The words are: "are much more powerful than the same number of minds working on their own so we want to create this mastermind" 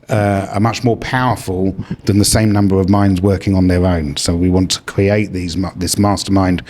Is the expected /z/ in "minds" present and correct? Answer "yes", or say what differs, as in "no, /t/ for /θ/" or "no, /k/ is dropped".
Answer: yes